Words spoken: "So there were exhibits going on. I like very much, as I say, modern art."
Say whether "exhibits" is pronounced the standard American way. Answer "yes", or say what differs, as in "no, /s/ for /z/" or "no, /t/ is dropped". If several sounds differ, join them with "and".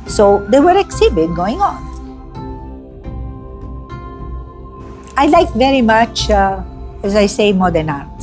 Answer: no, /s/ is dropped